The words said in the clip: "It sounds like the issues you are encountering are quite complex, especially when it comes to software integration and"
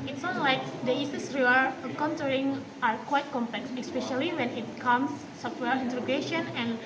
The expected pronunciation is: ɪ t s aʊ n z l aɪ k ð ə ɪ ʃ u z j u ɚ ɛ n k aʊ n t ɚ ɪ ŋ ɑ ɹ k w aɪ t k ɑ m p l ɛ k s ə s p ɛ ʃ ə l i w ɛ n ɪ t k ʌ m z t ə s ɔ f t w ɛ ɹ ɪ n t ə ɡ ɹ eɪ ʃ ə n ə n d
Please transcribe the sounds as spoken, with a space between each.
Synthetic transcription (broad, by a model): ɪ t s n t l aɪ k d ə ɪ s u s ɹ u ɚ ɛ k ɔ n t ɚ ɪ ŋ ɑ ɹ k w aɪ t k ɑ m p l ɛ k s ə s p ɛ ʃ ə l i w ɛ n ɪ t k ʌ m s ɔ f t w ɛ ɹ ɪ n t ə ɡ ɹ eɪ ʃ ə n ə n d